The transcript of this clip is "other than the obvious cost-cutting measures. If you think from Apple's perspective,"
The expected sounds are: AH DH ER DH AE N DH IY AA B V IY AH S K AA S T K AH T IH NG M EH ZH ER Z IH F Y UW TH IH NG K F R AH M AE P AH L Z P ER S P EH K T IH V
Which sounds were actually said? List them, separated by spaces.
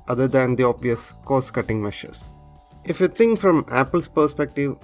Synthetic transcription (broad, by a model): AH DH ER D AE N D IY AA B V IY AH S K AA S K AH T IH NG M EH SH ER S IH F Y UW T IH NG K F R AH M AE P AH L S P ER S P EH K T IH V